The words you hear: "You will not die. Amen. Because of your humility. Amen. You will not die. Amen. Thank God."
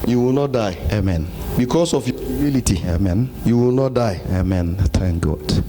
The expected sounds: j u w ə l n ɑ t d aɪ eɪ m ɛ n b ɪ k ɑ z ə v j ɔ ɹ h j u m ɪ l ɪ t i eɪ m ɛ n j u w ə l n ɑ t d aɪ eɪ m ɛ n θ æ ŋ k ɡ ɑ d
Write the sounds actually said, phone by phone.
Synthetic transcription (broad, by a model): j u w ə l n ɑ t d aɪ eɪ m ɛ n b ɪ k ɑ s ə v j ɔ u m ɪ l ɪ t i eɪ m ɛ n j u w ə l n ɑ t d aɪ eɪ m ɛ n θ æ ŋ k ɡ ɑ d